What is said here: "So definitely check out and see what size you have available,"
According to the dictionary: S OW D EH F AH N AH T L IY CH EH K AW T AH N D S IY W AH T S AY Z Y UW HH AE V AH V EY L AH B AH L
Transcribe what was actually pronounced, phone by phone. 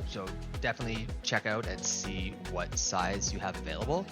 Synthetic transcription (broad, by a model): S OW D EH F AH N AH T L IY CH EH K AW T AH N S IY W AH T S AY Z Y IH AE V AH V EY L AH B L